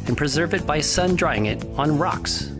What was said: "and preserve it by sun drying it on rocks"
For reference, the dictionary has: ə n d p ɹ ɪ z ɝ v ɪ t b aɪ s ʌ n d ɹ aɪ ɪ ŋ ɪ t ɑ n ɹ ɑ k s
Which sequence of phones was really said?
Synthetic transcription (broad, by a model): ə n p ɹ ɪ z ɝ v ɪ t b aɪ s ʌ n d ɹ aɪ ɪ ŋ ɪ t n ɹ ɑ k s